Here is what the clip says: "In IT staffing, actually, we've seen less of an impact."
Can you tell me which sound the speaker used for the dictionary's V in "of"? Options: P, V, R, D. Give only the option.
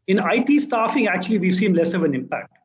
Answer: V